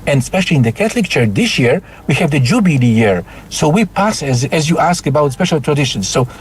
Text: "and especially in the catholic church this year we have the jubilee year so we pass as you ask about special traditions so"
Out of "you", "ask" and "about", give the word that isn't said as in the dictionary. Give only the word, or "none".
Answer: none